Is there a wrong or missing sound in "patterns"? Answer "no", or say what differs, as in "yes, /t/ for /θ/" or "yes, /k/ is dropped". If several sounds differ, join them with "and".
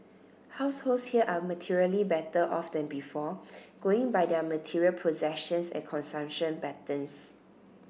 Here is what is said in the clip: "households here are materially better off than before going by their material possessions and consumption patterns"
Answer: yes, /b/ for /p/ and /s/ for /z/